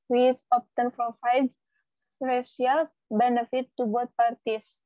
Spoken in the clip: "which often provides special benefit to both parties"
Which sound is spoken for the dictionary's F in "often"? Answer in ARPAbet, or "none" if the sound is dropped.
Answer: P